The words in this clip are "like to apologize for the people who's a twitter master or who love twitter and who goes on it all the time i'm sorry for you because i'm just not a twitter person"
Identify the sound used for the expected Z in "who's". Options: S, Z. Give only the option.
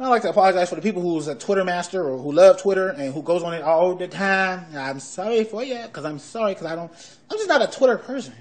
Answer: Z